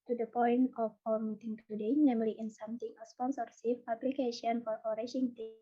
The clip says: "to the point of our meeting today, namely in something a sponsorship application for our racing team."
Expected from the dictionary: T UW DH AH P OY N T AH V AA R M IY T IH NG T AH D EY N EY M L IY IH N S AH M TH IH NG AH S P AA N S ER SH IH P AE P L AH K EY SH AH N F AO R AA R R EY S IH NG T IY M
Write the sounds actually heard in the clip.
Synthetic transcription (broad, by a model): T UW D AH P OY N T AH F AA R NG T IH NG T AH D EY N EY M L IY IH N S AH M T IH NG AH S P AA N S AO S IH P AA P L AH K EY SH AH N F AO R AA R R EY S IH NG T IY